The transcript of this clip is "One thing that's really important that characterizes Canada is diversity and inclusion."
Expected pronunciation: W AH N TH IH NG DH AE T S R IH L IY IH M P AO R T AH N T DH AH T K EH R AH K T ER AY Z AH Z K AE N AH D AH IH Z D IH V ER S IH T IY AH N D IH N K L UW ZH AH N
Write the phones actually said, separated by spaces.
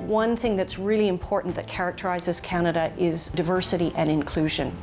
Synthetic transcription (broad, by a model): W AH N TH IH NG DH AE T S R IH L IY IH M P AO R T N DH AH T K EH R AH K T ER AY Z AH Z K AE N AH D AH IH Z D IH V ER S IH T IY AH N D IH N K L UW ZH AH N